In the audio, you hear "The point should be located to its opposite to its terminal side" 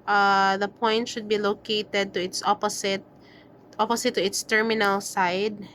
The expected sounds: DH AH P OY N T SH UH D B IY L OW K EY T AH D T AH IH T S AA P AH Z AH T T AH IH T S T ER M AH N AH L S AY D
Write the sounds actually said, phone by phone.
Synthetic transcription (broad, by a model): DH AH P OY N T SH UH D B IY L OW K EY T AH D T AH IH T S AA P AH S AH T T AH IH T S T ER M AH N AH L S AY D